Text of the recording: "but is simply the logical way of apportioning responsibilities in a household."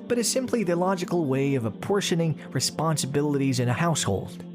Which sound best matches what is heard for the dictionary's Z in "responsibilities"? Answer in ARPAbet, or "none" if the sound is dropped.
Z